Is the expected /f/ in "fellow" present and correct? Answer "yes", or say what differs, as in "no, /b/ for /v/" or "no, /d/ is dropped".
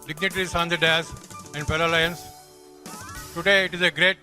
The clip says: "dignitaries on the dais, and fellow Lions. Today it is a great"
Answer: no, /p/ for /f/